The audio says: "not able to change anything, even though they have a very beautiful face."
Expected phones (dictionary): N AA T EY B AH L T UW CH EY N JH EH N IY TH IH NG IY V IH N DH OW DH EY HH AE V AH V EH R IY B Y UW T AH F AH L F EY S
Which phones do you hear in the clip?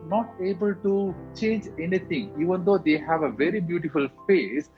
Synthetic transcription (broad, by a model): N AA T EY B AH L T UW CH EY N JH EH N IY T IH NG IY V IH N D OW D EY HH AE V AH V EH R IY B Y UW T AH F AH L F EY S